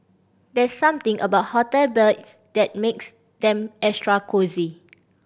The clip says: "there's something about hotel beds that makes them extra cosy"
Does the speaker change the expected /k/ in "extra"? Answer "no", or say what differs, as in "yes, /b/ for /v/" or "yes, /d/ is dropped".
yes, /k/ is dropped